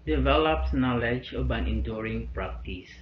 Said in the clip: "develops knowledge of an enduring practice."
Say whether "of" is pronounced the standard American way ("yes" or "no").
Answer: no